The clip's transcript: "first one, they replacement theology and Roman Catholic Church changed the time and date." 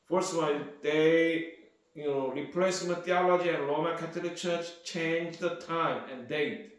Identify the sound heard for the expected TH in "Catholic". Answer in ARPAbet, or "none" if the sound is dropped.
T